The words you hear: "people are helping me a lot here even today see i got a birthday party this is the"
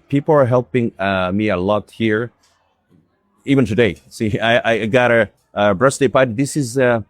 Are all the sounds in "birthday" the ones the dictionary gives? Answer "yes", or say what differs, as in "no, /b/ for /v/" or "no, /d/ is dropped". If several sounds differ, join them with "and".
no, /s/ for /θ/